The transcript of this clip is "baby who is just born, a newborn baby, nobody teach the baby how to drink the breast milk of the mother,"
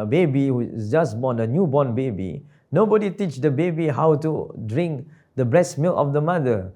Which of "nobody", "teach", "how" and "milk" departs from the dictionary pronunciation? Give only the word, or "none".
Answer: milk